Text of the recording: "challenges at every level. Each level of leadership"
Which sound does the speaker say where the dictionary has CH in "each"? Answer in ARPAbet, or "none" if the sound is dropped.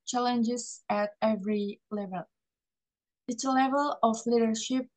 S